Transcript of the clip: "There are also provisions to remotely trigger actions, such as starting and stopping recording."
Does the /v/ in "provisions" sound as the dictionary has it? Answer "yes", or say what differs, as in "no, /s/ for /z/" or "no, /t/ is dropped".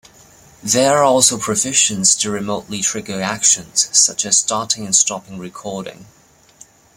no, /f/ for /v/